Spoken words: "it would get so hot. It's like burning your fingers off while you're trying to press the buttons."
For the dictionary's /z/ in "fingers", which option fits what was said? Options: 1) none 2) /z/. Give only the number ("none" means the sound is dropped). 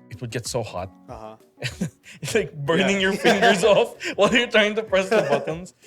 2